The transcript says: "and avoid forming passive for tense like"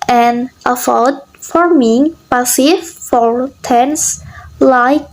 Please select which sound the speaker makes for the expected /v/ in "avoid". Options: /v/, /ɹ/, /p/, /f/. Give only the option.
/f/